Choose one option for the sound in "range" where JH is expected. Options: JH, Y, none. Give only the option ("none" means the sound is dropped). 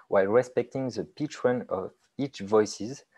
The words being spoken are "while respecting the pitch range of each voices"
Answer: none